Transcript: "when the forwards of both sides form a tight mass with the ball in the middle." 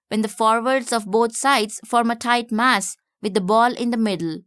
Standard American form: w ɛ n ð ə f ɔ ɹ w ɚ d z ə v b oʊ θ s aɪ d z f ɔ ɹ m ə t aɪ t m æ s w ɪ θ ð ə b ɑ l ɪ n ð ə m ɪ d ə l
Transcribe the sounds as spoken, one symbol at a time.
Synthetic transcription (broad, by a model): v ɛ n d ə f ɔ ɹ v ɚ d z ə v b oʊ t s aɪ d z f ɔ ɹ m ə t aɪ t m æ s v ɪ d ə b ɑ l ɪ n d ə m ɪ d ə l